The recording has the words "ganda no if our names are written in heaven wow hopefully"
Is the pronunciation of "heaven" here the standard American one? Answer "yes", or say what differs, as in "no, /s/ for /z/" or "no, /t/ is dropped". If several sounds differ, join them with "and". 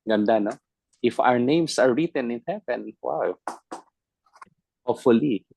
no, /p/ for /v/